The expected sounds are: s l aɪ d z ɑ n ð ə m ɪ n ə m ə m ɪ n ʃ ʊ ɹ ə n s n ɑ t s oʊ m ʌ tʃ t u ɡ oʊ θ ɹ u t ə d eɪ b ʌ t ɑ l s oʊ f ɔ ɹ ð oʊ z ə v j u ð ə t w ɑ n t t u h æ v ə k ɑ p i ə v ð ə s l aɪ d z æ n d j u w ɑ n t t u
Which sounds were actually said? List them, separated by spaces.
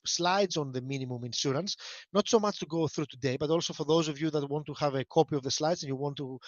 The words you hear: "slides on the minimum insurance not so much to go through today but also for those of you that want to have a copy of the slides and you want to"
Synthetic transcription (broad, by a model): s l aɪ d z ɑ n ð ə m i n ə m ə m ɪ n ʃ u ɹ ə n s n ɑ t s oʊ m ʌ tʃ t u ɡ oʊ θ ɹ u t ə d eɪ b ʌ t ɑ l s oʊ f ɔ ɹ ð oʊ z ə v j u ð ə t w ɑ n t t u h æ v ə k ɑ p i ə v ð ə s l aɪ d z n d j u w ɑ n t t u